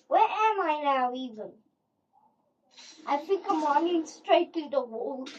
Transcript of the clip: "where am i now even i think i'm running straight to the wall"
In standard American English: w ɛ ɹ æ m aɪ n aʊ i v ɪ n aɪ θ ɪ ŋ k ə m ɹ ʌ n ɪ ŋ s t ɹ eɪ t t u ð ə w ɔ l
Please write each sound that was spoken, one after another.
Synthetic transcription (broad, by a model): w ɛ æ m aɪ n aʊ i v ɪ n aɪ f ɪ k ə m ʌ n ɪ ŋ s t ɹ eɪ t t u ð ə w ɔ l